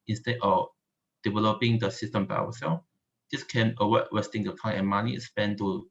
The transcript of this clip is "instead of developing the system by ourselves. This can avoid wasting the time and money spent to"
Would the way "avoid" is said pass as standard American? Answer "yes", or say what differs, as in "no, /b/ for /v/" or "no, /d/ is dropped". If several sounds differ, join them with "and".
no, /w/ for /v/